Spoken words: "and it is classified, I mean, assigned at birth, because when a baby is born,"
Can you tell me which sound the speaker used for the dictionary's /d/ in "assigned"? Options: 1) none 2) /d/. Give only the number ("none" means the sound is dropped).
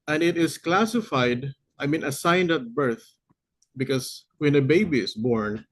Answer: 2